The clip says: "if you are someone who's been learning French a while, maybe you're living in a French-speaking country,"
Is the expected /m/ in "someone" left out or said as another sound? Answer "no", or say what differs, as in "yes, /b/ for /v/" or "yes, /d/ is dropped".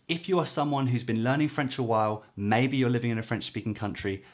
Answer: no